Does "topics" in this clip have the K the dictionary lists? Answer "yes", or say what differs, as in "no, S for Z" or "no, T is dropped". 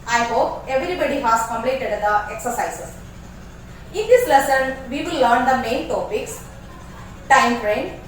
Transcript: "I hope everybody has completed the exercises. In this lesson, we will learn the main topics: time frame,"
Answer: yes